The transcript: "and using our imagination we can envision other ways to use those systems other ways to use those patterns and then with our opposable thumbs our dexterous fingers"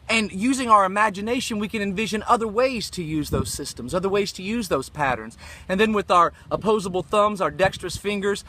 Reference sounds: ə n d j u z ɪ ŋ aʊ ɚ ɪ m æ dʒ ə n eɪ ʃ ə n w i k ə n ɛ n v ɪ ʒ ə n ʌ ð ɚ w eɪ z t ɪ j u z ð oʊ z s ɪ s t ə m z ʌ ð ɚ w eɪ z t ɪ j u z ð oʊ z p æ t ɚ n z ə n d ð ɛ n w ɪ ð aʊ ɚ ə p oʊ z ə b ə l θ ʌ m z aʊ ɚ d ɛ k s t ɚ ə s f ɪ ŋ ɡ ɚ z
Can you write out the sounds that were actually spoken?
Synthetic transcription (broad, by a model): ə n j u z ɪ ŋ aʊ ɚ ɪ m æ dʒ ə n eɪ ʃ ə n w i k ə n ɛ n v ɪ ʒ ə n ʌ ð ɚ w eɪ z t ɪ j u z ð oʊ z s ɪ s t ə m z ʌ ð ɚ w eɪ z t ɪ j u z ð oʊ z p æ t ɚ n z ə n ð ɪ n w ɪ ð aʊ ɚ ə p oʊ z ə b l θ ʌ m z aʊ ɚ d ɛ k s t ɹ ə s f ɪ ŋ ɡ ɚ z